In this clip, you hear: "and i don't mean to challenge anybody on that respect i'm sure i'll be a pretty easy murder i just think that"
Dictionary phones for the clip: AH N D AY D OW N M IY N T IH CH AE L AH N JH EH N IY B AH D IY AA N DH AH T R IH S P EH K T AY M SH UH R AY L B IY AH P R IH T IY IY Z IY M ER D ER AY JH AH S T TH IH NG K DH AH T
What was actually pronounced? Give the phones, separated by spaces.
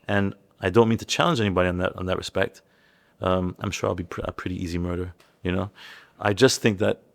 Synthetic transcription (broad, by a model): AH N AY D OW N M IY N T IH CH AE L AH N JH EH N IY B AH D IY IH N DH AH T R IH S P EH K T AY M SH UH R AY L B IY AH P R IH T IY IY Z IY M ER D ER AY JH AH S T TH IH NG K DH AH T